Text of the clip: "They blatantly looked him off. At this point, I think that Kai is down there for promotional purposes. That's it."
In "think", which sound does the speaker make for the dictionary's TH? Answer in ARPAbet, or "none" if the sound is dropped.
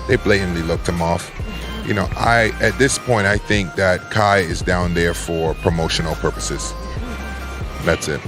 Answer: TH